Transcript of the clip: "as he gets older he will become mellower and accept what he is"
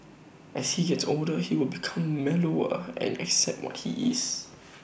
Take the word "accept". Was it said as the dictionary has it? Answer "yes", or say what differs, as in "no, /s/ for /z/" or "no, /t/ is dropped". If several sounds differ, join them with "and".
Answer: yes